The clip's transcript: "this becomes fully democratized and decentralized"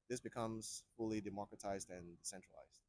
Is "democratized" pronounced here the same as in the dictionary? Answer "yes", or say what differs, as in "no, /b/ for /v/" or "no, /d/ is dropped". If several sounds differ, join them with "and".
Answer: yes